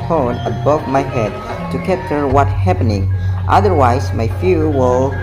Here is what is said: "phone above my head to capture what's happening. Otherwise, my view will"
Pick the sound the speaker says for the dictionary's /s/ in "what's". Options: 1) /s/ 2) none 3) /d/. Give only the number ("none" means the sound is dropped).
2